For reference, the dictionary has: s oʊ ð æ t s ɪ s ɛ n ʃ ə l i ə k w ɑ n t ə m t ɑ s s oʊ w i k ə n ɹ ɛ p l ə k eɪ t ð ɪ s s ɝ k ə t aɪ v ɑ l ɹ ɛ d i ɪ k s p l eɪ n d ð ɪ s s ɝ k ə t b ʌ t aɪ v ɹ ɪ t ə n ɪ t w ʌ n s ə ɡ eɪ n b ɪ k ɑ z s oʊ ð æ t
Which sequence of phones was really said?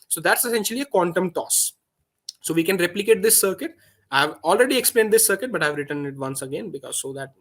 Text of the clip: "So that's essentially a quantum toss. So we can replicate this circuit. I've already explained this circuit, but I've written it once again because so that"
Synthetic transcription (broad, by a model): s oʊ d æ t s ɪ s ɛ n ʃ ə l i ə k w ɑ n t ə m t ɑ s s oʊ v i k ə n ɹ ɛ p l ə k eɪ t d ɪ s s ɝ k ə t aɪ v ɑ l ɹ ɛ d i ɪ k s p l eɪ n d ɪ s s ɝ k ə t b ʌ t aɪ v ɹ ɪ t ə n ɪ t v ʌ n s ə ɡ eɪ n b ɪ k ɑ z s oʊ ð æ t